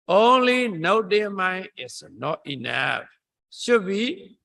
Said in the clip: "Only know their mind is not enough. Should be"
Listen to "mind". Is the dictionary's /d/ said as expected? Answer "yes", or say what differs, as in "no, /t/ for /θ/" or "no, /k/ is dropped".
no, /d/ is dropped